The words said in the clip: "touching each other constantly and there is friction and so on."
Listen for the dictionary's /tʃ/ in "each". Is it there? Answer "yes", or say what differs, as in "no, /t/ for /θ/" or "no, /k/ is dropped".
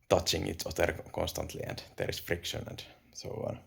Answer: no, /s/ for /tʃ/